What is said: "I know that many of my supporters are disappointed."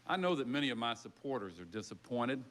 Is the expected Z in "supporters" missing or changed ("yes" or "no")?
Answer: no